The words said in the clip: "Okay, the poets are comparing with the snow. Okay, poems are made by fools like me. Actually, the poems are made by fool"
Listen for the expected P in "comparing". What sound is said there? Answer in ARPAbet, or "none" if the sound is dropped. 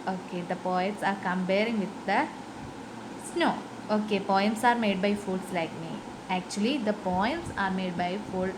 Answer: B